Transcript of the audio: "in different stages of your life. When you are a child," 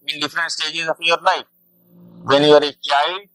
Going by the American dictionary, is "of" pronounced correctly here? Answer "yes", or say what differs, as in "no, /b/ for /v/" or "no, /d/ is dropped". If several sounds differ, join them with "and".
no, /f/ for /v/